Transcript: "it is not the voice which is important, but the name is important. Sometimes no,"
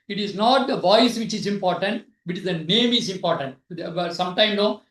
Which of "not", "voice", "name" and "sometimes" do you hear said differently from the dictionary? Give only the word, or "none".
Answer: sometimes